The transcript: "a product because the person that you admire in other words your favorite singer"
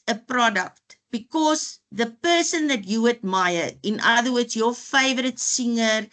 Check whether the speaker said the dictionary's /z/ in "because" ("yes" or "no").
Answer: no